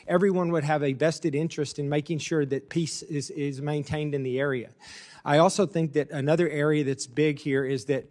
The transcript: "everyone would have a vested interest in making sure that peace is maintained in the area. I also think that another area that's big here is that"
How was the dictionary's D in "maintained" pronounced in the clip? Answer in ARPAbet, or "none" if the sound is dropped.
D